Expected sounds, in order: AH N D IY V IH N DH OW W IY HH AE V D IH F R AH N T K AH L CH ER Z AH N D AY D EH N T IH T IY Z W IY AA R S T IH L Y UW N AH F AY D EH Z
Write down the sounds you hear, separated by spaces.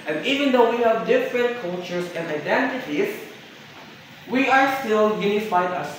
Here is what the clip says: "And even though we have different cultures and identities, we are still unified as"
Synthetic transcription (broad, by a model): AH N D IY V IH N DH OW W IY HH AE V D IH F R AH N T K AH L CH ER S AH N D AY D EH N T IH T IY S W IY AA R S T IH L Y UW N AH F AY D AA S